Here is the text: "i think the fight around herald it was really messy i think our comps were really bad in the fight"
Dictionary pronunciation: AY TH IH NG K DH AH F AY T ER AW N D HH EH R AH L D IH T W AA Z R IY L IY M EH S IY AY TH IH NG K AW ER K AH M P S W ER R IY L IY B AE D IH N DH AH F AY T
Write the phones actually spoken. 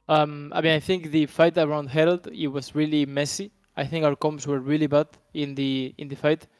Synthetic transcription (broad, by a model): AY TH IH NG K DH AH F AY T ER AW N D HH EH R AH L D IH T W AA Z R IY L IY M EH S IY AY TH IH NG K AW ER K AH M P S W ER R IY L IY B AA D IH N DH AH F AY T